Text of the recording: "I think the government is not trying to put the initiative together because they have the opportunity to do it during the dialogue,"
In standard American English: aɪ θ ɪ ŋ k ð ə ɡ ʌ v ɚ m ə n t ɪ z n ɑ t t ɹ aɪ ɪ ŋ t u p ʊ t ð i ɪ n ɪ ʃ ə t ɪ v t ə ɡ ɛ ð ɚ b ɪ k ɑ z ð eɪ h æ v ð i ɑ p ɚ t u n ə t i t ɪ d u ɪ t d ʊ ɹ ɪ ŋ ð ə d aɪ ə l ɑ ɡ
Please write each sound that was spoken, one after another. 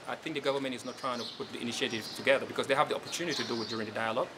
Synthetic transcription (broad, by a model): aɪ θ ɪ ŋ k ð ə ɡ ʌ v ɚ m ə n t ɪ z n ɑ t t ɹ aɪ ɪ ŋ t u p ʊ t ð i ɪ n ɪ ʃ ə t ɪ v t ə ɡ ɛ ð ɚ b ɪ k ɑ z ð eɪ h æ v ð i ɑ p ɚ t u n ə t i t ɪ d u ɪ t d ʊ ɹ ɪ ŋ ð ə d aɪ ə l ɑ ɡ